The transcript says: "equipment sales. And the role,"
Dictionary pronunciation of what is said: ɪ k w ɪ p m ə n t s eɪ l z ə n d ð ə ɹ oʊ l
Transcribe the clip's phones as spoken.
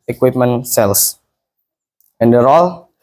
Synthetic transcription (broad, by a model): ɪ k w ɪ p m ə n s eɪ l s ə n d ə ɹ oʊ l